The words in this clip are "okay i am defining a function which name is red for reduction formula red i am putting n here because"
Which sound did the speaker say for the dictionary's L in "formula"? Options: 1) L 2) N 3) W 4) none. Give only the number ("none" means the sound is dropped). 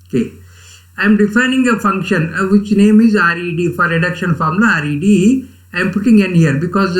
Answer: 4